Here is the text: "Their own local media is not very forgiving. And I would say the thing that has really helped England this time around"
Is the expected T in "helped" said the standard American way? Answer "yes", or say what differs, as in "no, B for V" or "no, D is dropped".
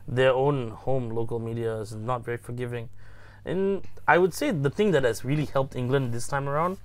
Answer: yes